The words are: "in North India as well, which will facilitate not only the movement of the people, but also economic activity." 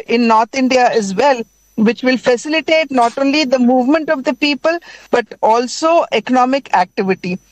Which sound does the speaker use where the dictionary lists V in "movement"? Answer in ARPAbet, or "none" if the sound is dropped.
V